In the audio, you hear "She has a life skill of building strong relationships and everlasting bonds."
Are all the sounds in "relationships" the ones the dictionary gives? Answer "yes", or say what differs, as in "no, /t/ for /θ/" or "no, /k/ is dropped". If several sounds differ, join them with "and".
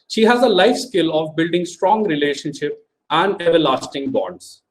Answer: no, /s/ is dropped